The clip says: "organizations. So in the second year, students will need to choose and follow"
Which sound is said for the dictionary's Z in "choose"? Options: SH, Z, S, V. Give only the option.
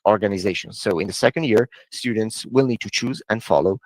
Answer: Z